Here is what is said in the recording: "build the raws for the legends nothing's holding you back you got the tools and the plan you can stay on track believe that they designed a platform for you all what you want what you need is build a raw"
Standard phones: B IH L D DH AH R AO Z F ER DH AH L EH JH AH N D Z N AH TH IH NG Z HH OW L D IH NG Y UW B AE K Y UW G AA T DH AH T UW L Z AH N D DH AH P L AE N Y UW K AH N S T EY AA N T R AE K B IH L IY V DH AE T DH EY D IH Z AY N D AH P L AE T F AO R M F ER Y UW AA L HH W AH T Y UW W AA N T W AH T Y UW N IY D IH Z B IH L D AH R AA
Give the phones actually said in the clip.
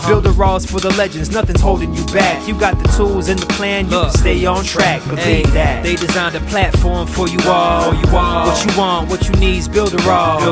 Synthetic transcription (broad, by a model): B IH L D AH R AO Z F ER DH AH L EH JH AH N D Z N AH TH IH NG Z HH OW L D IH NG Y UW B AE K Y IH G AA T DH AH T UW L Z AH N DH AH P L AE N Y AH S T EY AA N T R AE K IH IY DH AE T DH EY D IH Z AY N D AH P L AE T F AO R M F ER Y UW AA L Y W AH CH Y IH W AA N T W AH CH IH N IY D Z B IH L D AH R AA